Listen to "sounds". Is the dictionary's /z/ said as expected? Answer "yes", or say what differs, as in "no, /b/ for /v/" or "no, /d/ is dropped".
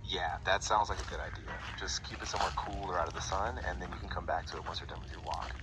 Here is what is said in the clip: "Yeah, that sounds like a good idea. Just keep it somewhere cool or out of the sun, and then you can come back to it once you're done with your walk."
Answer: yes